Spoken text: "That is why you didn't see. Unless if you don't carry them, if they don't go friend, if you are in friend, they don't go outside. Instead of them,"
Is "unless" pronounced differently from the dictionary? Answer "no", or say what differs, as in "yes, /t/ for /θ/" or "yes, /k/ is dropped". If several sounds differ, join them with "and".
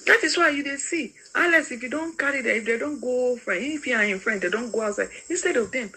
yes, /n/ is dropped